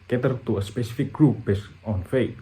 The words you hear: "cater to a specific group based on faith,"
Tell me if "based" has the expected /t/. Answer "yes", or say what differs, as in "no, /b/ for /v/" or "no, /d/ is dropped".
no, /t/ is dropped